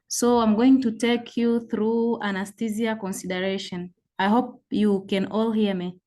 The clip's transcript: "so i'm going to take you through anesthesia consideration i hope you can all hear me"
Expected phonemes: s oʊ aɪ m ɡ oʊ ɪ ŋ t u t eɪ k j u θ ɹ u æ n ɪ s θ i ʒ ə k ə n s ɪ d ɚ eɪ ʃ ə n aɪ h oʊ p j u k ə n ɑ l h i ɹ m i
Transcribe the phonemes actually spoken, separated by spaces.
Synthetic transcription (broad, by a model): s oʊ aɪ m ɡ oʊ ɪ ŋ t u t eɪ k j u θ ɹ u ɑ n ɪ s t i z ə k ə n s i d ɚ eɪ ʃ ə n aɪ h oʊ p j u k ə n ɑ l h i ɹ m i